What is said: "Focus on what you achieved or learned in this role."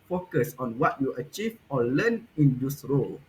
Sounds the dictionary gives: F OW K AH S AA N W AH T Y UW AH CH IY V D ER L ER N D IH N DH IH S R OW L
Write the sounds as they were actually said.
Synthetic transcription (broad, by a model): F OW K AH S AA N W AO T Y UW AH CH IY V AO L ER N IH N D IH S R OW L